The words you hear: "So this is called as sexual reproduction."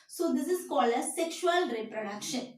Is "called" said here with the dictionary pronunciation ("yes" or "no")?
no